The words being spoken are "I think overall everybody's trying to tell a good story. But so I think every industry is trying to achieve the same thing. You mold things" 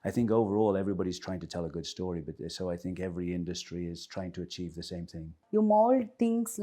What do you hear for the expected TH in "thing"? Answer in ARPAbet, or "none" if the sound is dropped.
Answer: TH